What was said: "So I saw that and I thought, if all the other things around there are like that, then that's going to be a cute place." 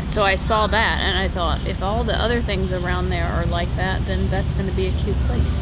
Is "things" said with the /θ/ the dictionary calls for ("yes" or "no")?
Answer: yes